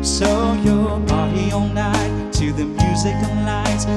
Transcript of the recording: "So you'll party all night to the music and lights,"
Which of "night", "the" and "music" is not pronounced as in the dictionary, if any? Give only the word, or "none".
none